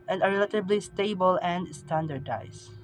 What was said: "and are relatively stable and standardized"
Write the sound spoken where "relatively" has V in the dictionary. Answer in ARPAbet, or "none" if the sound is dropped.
B